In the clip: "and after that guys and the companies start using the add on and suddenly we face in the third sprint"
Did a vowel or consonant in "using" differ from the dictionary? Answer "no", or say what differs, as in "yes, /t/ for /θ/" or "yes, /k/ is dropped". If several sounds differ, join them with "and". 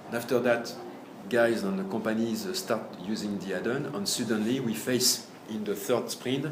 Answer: no